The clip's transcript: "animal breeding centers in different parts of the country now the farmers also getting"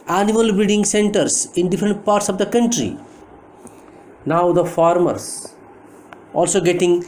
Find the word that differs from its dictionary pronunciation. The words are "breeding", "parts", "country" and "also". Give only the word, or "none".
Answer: breeding